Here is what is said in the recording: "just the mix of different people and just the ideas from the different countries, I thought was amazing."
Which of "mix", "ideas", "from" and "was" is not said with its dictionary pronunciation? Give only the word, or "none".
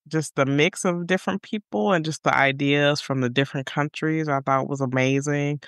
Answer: none